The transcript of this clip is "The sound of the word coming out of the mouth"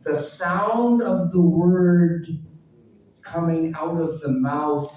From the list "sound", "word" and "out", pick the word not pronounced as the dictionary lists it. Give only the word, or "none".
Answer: none